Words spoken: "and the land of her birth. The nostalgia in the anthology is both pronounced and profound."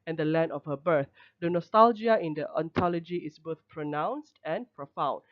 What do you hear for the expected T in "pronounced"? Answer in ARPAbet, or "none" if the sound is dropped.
T